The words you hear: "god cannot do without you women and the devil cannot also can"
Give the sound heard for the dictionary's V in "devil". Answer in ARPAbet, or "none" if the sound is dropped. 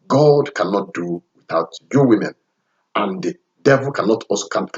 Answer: V